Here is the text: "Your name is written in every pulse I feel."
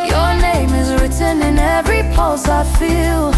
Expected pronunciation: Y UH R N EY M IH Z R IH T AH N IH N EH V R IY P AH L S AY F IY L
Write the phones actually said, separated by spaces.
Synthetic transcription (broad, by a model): Y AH R N EY M IH Z R IH T AH N IH N EH V R IY P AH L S AY F IY L